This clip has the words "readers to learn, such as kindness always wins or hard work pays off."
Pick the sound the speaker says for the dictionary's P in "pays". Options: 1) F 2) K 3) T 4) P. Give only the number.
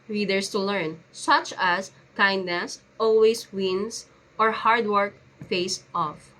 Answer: 1